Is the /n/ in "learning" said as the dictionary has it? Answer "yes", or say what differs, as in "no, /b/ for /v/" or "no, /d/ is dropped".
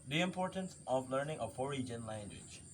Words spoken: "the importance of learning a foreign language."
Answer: yes